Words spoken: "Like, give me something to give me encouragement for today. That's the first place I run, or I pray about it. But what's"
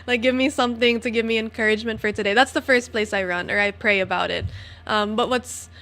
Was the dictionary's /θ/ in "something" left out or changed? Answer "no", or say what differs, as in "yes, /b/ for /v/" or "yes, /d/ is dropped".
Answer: no